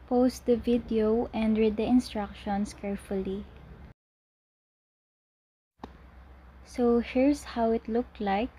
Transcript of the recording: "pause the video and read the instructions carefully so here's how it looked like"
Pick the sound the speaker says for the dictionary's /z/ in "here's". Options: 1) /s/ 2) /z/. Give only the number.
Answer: 1